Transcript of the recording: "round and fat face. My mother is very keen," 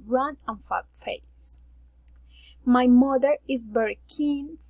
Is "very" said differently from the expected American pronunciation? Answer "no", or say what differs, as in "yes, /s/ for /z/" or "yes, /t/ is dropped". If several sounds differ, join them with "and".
yes, /b/ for /v/